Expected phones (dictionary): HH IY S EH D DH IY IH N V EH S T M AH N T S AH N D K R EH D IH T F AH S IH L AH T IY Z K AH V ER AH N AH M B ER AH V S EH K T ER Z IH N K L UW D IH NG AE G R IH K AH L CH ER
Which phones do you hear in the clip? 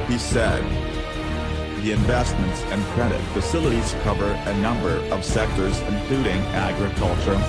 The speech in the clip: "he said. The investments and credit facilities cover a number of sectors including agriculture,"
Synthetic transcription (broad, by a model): HH IY S EH D DH IY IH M V EH S T M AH N T S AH N K R EH D IH T F AH S IH L AH T IY Z K AH V ER AH N AH M B ER AH V S EH K T ER Z IH N K L UW D IH NG AE G R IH K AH L CH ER